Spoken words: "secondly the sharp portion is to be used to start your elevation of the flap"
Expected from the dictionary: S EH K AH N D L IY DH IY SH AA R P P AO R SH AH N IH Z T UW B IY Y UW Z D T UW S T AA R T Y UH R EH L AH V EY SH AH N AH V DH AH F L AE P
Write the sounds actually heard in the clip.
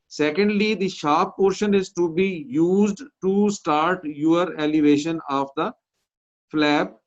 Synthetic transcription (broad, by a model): S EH K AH N D L IY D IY SH AA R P P AO R SH AH N IH Z T UW B IY Y UW Z D T UW S T AA R T Y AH R EH L AH V EY SH AH N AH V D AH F L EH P